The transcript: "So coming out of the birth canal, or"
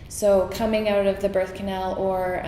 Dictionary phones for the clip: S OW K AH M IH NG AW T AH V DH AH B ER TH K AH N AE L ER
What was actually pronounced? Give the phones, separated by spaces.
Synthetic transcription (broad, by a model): S OW K AH M IH NG AW T AH V DH AH B ER TH K AH N AE L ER